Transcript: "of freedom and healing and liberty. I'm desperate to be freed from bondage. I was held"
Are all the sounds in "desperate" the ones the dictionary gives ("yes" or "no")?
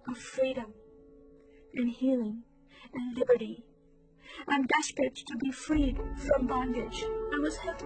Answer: no